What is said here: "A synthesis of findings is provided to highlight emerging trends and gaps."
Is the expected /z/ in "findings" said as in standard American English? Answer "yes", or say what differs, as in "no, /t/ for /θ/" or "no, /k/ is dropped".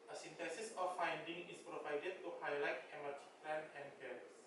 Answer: no, /z/ is dropped